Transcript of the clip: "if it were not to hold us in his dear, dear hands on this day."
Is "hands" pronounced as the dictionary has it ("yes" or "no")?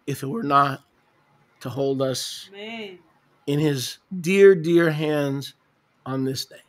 yes